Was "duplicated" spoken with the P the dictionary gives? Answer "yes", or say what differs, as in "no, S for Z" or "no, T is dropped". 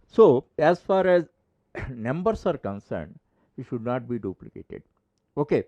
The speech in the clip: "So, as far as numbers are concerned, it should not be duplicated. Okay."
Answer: yes